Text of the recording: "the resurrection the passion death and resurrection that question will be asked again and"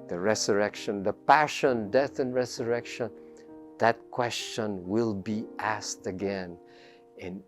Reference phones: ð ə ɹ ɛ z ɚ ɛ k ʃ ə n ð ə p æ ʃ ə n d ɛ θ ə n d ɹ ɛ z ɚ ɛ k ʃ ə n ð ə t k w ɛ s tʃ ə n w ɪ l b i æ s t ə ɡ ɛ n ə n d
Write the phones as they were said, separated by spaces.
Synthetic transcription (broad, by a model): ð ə ɹ ɛ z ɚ ɛ k ʃ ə n ð ə p æ ʃ ə n d ɛ θ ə n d ɹ ɛ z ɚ ɛ k ʃ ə n ð ə t k w ɛ s tʃ ə n w ɪ l b i æ s t ə ɡ ɛ n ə n